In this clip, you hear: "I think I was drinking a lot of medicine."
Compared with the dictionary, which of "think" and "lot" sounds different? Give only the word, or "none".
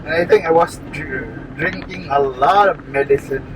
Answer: think